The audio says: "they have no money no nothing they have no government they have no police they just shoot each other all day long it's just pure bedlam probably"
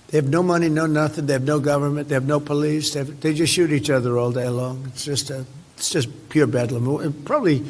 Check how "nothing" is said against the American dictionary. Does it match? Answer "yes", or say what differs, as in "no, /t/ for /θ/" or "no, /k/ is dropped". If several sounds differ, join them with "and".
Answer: yes